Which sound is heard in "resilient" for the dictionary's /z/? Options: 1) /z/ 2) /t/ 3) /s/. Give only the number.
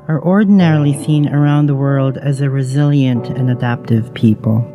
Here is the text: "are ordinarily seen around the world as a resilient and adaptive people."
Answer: 1